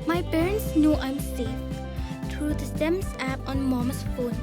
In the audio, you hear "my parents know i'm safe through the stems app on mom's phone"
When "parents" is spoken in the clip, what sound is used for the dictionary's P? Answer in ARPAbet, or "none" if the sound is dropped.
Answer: B